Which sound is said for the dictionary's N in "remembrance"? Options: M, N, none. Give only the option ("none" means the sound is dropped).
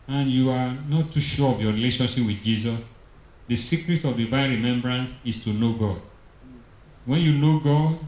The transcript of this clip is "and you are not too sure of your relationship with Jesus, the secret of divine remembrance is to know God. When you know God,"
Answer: N